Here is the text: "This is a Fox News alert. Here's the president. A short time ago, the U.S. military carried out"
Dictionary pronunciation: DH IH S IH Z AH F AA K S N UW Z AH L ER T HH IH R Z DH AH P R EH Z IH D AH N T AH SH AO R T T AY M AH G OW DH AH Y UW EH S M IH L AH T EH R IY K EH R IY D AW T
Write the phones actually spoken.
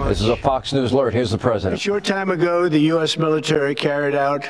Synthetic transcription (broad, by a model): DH IH S IH Z AH F AA K S N UW Z L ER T HH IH R Z DH AH P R EH Z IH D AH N SH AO R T T AY M AH G OW DH AH Y UW EH S M IH L AH T EH R IY K EH R IY D AW T